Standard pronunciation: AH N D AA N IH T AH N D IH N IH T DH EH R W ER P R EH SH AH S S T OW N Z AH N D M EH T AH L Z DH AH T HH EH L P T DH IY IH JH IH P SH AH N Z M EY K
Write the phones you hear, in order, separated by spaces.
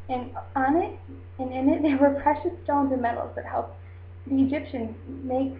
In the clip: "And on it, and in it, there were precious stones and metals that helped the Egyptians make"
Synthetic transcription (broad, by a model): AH N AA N IH T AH N IH N IH T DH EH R W ER P R EH SH AH S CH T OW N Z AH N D M EH T L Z DH AH T HH EH L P DH IY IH JH IH P SH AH N M EY K